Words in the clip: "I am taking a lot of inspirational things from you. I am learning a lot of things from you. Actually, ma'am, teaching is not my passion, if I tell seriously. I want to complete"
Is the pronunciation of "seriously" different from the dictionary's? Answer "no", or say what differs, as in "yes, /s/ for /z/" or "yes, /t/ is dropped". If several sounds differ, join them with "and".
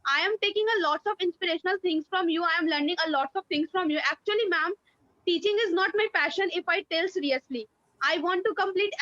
no